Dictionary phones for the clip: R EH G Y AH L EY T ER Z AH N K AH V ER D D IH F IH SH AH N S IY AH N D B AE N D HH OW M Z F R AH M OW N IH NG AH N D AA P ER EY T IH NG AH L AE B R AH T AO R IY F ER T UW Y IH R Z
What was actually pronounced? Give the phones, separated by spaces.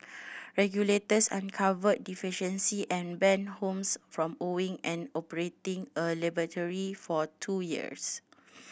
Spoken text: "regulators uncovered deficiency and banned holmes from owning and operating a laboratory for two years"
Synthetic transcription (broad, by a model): R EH G Y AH L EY T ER S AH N K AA V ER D D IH F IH SH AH N S IY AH N B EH N HH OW M S F R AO M OW IH NG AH N AA P ER EY T IH NG AH L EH B AH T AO R IY F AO T UW Y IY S